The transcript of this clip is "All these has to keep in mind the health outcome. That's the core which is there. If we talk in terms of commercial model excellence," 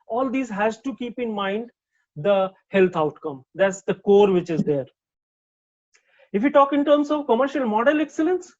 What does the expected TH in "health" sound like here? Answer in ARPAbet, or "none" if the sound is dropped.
T